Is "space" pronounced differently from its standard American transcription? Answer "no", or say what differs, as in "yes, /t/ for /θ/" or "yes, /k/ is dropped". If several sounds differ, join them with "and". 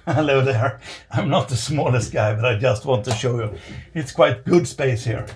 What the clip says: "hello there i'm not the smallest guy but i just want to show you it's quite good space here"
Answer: no